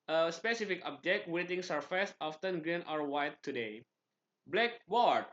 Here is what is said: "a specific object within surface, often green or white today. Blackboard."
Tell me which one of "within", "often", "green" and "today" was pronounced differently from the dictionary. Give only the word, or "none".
within